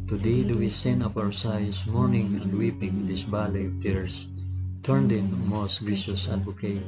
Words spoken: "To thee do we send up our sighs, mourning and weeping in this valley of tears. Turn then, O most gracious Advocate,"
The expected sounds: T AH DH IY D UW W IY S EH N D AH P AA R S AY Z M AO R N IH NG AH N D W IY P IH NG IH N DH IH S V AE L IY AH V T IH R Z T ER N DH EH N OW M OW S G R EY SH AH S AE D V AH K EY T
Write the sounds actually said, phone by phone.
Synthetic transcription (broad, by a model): T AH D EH D UW W IY S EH N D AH P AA W S AY S M AO R N IH NG AH N D W IY P IH NG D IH S B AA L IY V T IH R S T ER N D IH N M OW S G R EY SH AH S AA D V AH K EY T